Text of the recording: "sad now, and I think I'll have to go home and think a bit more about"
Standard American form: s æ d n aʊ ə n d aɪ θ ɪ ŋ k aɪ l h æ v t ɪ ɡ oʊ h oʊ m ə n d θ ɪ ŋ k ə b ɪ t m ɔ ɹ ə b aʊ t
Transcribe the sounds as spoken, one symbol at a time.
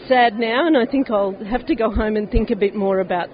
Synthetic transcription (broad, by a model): s æ d n aʊ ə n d aɪ θ ɪ ŋ k aɪ l h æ f t ɪ ɡ oʊ h oʊ m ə n θ ɪ ŋ k ə b ɪ t m ɔ ɹ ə b aʊ t